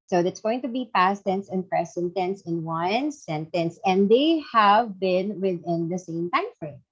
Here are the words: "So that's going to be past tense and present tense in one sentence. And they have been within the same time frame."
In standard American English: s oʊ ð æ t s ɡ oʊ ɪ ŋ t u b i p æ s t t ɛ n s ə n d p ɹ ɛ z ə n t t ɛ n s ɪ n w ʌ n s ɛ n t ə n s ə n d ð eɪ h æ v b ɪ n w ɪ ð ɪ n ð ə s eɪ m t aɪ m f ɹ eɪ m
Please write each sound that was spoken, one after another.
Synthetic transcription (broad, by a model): s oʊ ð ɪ t s ɡ oʊ ɪ ŋ t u b i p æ s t t ɛ n s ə n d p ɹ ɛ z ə n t t ɛ n s ɪ n w ʌ n s ɛ n t ə n s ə n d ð eɪ h æ v b ɪ n w ɪ ð ɪ n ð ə s eɪ m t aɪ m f ɹ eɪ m